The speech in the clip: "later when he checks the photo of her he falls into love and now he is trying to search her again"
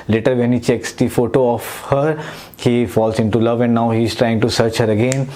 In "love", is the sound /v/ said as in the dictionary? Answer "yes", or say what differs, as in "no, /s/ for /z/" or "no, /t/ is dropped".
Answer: yes